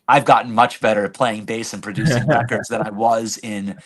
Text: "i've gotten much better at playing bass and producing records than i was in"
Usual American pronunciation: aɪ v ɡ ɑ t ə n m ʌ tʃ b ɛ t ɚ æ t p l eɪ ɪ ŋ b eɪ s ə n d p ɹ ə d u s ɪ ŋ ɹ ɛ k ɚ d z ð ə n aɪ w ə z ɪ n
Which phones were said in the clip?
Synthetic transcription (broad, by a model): aɪ v ɡ ɑ t n m ʌ tʃ b ɛ t ɚ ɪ p l eɪ ɪ ŋ b eɪ s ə n p ɹ ə d u s ɪ ŋ ɹ ɛ k ɚ d z ð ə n aɪ w ə z ɪ n